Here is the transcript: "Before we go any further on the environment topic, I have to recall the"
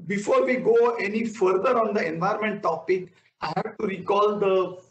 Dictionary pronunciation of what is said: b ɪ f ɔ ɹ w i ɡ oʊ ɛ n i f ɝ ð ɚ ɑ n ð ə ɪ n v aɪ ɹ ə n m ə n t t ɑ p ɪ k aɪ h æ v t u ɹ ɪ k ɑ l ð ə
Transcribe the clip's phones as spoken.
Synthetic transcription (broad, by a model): b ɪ f ɔ ɹ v i ɡ oʊ ɛ n i f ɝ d ɚ ɑ n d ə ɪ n v aɪ ə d m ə n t t ɑ p ɪ k aɪ h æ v t u ɹ ɪ k ɑ l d ə